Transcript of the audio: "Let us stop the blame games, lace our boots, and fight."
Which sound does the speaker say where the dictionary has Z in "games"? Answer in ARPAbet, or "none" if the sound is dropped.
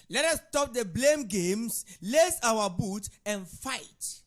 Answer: S